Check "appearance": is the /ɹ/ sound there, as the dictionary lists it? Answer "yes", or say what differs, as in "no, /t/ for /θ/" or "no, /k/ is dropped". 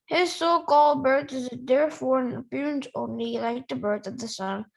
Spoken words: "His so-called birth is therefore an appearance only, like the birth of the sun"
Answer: yes